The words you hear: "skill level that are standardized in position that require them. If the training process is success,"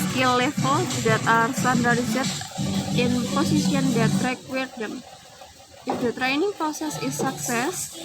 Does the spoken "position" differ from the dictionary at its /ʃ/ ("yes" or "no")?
yes